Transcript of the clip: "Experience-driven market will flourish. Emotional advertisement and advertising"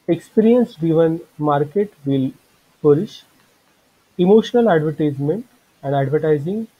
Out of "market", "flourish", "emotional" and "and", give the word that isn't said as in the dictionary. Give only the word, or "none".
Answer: flourish